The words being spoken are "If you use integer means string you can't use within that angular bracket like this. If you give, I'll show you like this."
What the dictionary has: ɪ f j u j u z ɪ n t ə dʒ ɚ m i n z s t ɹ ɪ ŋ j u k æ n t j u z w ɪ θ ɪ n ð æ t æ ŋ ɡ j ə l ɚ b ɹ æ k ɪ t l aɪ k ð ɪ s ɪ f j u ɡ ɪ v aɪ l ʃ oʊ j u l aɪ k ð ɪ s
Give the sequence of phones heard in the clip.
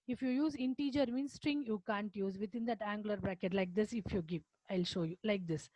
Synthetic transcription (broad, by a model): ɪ f j u j u z ɪ n t ə dʒ ɚ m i n s t ɹ ɪ ŋ j u k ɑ n t j u z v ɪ t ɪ n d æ t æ ŋ ɡ l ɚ b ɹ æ k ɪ t l aɪ k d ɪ s ɪ f j u ɡ ɪ v aɪ l ʃ oʊ j u l aɪ k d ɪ s